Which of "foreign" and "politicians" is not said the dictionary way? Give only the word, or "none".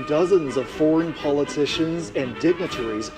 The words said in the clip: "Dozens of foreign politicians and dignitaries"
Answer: none